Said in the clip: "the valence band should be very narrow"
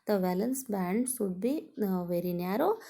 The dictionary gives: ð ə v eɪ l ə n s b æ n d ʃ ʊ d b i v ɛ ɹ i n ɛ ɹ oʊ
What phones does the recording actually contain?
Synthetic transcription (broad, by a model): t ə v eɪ l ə n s b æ n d s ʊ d b i v ɛ ɹ i n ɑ ɹ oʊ